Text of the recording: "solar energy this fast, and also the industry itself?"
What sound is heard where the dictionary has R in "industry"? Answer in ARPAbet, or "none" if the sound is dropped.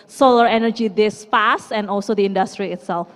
R